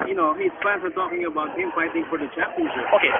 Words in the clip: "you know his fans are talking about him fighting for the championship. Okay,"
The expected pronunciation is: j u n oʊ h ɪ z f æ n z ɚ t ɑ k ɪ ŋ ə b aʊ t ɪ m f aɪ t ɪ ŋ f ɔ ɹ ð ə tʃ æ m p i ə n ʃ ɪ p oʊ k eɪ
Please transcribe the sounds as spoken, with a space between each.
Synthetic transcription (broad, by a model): j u n oʊ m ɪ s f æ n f ɚ t ɑ k ɪ ŋ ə b aʊ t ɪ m f aɪ t ɪ ŋ f ɔ ɹ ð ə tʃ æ p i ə n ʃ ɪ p oʊ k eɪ